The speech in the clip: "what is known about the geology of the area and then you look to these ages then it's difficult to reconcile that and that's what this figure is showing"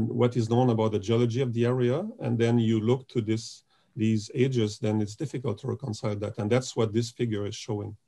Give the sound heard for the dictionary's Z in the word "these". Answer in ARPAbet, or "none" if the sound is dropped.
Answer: Z